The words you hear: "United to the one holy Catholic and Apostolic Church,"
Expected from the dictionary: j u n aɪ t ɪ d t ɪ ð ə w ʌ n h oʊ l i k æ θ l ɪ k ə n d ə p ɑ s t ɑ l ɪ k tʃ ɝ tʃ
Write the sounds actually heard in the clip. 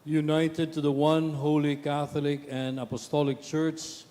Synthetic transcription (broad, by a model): j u n aɪ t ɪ d t ɪ ð ə w ʌ n h oʊ l i k æ θ l ɪ k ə n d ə p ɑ s t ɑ l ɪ k tʃ ɝ tʃ